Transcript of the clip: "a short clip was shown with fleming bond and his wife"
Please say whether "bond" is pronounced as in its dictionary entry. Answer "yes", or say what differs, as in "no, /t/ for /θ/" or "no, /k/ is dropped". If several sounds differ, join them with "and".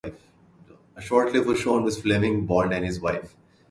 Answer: no, /l/ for /n/